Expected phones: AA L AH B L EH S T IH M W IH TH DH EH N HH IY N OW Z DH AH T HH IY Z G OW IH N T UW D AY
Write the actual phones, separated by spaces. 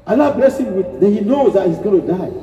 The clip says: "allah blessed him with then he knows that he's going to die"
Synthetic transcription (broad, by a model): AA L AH B L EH S IH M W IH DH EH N HH IY N OW Z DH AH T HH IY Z G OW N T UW D AY